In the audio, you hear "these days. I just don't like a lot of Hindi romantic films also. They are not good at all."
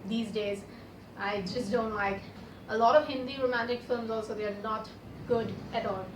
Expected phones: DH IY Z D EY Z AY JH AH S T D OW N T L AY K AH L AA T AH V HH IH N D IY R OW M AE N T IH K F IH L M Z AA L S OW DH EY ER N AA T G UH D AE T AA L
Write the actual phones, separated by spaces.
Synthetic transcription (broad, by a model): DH IY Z D EY Z AY JH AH S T D OW N T L AY K AH L AA T AH V HH IH N D IY R OW M AE N T IH K F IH L M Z AA L S OW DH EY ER N AA T G UH D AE T AA L